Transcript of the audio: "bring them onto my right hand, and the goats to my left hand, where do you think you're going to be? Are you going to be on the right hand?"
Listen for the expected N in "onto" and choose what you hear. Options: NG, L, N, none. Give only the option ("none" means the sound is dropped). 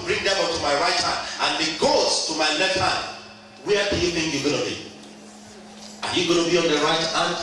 none